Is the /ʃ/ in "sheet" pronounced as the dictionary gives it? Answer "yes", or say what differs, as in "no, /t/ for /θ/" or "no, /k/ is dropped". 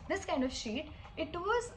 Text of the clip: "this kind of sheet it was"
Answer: yes